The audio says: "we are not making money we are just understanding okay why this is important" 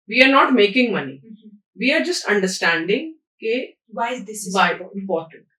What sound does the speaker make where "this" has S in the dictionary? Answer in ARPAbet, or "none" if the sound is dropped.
none